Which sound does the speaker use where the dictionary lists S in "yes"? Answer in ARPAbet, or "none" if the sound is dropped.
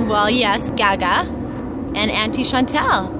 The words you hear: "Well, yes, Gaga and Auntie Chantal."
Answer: S